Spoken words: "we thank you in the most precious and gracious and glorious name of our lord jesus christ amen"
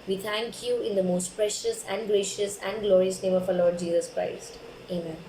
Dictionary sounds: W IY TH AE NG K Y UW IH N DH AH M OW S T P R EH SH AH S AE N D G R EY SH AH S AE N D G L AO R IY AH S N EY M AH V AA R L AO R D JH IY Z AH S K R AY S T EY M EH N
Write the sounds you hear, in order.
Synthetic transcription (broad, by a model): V IY T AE NG K Y UW IH N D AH M OW S T P R EH SH AH S AE N D G R EY SH AH S AE N D G L AO R IY AH S N EY M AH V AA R L AO R D JH IY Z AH S K R AY S T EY M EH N